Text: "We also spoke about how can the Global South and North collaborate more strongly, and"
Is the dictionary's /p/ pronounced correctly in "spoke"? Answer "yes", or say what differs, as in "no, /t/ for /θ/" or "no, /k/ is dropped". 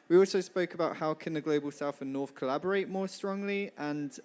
yes